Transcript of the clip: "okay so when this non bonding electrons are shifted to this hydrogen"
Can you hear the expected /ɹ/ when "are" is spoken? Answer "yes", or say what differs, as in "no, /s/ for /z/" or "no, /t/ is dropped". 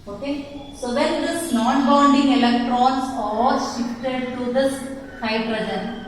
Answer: no, /l/ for /ɹ/